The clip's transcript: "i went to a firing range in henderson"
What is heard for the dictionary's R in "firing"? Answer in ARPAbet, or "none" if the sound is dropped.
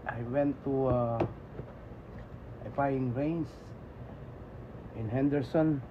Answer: none